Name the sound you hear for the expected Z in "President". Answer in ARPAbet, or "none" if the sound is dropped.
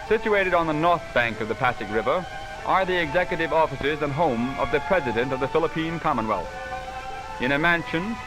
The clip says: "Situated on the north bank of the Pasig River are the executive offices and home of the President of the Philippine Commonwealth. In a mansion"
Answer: Z